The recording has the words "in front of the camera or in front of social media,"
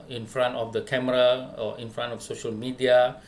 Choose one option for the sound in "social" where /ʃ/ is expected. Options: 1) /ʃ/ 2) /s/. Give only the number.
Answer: 1